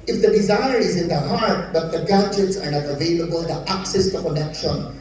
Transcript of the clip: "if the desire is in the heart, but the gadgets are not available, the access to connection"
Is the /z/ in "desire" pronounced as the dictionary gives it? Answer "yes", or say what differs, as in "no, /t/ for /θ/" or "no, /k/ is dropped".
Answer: yes